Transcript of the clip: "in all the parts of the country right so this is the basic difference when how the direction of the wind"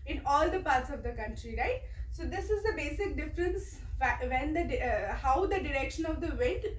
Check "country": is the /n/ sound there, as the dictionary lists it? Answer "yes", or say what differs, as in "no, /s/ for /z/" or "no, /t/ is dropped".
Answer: yes